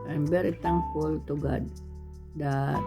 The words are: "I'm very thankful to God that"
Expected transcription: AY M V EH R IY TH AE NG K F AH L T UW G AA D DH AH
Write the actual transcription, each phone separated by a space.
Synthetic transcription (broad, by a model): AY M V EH R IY T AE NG K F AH L T UW G AA D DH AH